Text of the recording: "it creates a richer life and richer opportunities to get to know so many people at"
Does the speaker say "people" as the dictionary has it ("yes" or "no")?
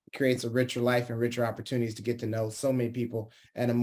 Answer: no